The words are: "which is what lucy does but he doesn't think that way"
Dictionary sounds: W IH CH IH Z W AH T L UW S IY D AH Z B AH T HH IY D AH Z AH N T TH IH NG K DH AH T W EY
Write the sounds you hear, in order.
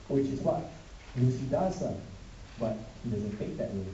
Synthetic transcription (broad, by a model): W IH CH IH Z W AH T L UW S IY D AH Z B AH T HH IY D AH Z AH N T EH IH K DH AH T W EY